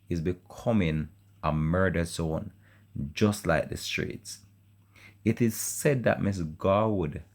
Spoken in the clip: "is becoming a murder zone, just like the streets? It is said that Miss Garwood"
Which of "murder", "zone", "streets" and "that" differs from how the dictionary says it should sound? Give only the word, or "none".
zone